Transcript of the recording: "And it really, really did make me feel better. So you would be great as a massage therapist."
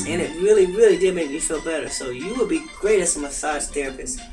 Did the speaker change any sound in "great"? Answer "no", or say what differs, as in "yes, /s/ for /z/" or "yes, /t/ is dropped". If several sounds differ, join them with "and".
no